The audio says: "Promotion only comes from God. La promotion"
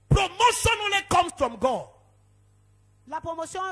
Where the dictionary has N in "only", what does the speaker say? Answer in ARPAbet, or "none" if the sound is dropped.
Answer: none